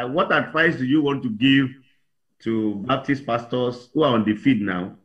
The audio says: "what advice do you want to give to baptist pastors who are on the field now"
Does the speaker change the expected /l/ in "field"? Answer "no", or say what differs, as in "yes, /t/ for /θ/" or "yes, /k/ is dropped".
yes, /l/ is dropped